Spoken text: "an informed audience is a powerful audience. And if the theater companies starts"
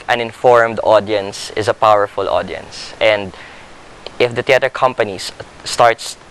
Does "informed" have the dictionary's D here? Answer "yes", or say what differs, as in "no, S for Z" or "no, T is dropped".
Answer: yes